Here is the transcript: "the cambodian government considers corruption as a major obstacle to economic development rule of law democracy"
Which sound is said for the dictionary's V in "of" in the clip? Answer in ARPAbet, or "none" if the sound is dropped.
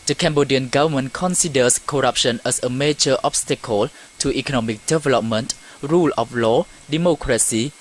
F